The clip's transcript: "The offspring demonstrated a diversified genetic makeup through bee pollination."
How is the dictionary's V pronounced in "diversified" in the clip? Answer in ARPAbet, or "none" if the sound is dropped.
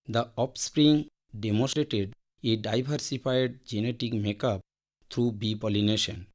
B